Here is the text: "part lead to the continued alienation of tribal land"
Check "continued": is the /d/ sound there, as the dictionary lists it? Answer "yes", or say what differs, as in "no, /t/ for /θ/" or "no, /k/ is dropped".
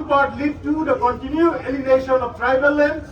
no, /d/ is dropped